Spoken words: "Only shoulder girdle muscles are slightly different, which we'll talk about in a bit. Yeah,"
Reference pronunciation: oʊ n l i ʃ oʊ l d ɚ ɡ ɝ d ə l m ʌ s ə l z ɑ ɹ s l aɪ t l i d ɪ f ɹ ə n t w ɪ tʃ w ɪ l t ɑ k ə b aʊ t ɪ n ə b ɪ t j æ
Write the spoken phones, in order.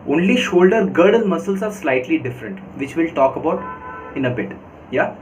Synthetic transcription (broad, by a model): oʊ n l i ʃ oʊ l d ɚ ɡ ɝ d ə l m ʌ s ə l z ɑ ɹ s l aɪ t l i d ɪ f ɹ ə n t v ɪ tʃ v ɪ l t ɑ k ə b aʊ t ɪ n ə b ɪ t j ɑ